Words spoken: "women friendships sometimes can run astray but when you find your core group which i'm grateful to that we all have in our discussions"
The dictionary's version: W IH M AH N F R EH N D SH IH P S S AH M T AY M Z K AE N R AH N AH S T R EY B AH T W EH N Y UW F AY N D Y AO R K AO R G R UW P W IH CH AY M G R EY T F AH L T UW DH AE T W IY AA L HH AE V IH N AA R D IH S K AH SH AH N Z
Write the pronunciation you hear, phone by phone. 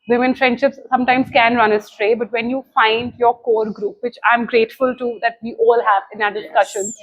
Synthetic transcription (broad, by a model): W IH M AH N F R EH N D SH IH P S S AH M T AY M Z K AE N R AH N AH S T R EY B AH T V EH N Y UW F AY N D Y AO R K AO R G R UW P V IH CH AY M G R EY T F AH L T UW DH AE T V IY AA L HH AE V IH N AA D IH S K AH SH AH N